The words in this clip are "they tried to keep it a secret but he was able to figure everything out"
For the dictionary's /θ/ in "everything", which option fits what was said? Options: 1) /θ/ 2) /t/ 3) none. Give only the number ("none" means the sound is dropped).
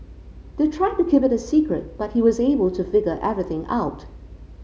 1